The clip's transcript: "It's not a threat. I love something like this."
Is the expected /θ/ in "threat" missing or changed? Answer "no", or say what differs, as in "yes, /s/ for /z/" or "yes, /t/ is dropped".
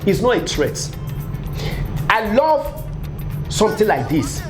yes, /s/ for /θ/